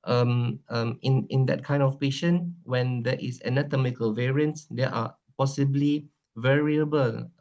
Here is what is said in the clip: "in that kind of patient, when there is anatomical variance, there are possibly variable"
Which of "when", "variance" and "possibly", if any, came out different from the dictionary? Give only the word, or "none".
none